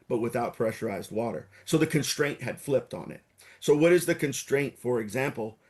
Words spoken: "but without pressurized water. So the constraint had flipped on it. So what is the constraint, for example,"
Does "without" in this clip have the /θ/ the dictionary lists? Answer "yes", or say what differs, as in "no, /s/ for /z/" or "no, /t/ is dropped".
yes